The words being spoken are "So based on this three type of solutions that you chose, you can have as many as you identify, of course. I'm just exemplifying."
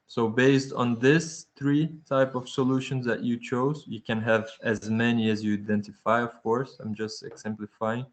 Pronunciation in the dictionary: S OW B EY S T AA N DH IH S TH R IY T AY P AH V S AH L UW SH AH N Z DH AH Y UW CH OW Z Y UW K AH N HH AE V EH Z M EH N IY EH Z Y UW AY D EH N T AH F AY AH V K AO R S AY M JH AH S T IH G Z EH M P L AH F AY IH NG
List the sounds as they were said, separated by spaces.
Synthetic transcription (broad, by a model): S OW B EY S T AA N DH IH S TH R IY T AY P AH V S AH L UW SH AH N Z DH AH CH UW CH OW Z Y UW K AH N HH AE V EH Z M EH N IY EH Z Y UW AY D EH N T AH F AY AH V K AO R S AY M JH AH S T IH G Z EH M P L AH F AY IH NG